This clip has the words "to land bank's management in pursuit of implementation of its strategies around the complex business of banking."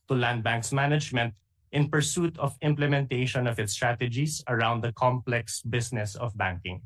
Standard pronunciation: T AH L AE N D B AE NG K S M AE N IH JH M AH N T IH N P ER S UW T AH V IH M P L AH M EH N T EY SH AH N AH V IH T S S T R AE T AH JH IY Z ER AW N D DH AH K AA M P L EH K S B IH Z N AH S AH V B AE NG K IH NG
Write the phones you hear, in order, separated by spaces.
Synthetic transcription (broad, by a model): T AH L AE N D B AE NG K S M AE N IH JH M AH N T IH N P ER S UW T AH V IH M P L AH M EH N T EY SH AH N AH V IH T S S T R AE T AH JH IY S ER AW N D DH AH K AA M P L EH K S B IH S N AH S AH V B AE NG K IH NG